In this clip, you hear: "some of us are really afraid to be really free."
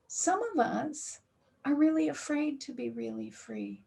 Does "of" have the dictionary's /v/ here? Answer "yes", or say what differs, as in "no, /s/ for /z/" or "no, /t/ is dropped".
yes